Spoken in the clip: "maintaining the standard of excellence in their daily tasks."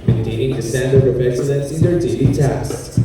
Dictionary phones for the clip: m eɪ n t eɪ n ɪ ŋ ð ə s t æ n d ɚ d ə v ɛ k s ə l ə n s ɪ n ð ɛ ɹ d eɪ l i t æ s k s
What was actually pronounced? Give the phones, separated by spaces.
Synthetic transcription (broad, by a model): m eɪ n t eɪ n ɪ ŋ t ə s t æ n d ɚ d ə p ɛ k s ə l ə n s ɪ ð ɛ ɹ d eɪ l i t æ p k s